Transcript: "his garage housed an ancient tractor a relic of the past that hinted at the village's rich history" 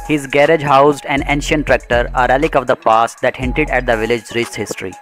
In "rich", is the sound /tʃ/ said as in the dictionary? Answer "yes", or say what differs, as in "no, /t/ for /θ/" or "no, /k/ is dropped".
no, /s/ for /tʃ/